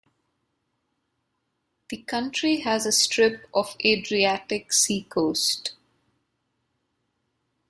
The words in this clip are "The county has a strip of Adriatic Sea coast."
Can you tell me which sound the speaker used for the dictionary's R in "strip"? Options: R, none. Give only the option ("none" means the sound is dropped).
R